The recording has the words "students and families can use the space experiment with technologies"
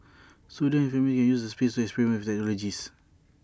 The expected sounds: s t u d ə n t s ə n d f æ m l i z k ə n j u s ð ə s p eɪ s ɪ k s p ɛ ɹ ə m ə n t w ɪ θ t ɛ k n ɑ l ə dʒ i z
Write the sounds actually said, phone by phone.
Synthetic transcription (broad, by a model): s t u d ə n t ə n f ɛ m i k ə n j u s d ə s p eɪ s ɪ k s p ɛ ɹ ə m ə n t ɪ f t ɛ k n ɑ l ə dʒ i s